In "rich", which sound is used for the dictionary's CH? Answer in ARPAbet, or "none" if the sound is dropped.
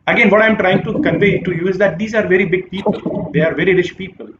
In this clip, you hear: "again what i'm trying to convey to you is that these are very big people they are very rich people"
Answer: SH